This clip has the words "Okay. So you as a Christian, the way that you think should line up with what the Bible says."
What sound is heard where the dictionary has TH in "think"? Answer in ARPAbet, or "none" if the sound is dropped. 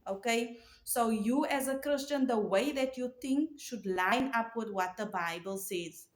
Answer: T